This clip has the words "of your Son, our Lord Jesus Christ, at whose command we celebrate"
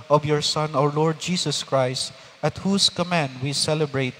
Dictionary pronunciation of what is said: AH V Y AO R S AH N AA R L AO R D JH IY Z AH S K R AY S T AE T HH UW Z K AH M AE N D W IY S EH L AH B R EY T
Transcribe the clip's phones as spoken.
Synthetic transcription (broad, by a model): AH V Y AO R S AH N AA R L AO R D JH IY S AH S K R AY S T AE T HH UW S K AH M AE N D W IY S EH L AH B R EY T